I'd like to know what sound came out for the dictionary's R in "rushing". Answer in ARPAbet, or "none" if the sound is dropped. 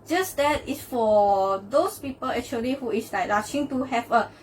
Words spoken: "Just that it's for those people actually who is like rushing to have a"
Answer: L